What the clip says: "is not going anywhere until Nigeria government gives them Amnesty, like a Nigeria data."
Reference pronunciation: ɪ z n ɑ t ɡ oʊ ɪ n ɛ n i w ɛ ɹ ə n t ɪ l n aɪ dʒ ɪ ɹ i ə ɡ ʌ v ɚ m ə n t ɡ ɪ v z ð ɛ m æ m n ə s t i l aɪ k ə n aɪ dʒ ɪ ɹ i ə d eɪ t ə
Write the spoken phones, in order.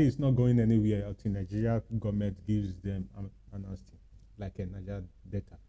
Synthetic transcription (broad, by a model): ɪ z n ɑ t ɡ oʊ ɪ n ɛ n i w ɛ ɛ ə t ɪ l n aɪ dʒ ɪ ɹ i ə ɡ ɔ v m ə n t ɡ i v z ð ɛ m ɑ n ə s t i l aɪ k ə n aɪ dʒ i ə d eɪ t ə